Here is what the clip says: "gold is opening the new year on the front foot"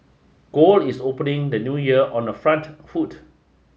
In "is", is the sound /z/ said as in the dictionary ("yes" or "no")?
no